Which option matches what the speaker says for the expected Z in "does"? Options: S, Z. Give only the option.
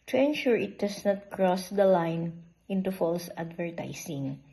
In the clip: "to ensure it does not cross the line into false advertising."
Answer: S